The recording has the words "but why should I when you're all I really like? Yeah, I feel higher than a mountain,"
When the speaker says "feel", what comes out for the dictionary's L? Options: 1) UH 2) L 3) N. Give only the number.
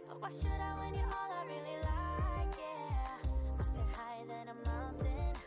3